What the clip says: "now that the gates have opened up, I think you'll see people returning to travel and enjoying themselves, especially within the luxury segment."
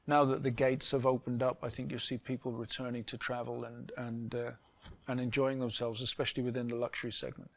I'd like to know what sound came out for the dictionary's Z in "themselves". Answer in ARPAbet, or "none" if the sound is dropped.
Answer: Z